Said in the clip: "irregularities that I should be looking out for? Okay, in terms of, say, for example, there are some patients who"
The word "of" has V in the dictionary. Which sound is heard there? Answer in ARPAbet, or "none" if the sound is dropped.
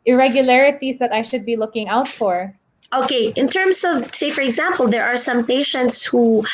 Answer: V